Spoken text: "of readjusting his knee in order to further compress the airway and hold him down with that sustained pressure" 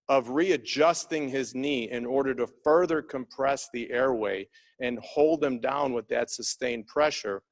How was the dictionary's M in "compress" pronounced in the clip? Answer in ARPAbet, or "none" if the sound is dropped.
M